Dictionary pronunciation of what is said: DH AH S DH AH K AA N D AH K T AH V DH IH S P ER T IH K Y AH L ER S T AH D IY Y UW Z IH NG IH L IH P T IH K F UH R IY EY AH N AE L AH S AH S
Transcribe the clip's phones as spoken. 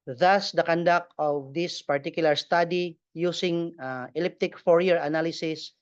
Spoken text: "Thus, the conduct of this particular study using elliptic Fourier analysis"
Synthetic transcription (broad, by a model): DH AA S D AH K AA N D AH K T AH V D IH S P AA T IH K Y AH L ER S T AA D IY Y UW S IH NG IH L IH P T IH K F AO R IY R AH N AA L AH S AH S